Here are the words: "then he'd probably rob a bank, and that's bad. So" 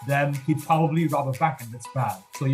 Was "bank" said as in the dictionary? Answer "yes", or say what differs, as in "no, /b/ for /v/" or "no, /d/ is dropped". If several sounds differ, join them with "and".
no, /ŋ/ is dropped